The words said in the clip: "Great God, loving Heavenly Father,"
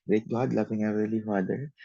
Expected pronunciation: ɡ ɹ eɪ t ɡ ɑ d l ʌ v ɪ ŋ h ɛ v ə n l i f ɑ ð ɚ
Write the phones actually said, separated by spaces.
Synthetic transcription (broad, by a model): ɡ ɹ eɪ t ɡ ɑ d l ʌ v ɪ ŋ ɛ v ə l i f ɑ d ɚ